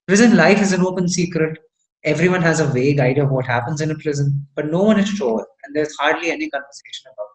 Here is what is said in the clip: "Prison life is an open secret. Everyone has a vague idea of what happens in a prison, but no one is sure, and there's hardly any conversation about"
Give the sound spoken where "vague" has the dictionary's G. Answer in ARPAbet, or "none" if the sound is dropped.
G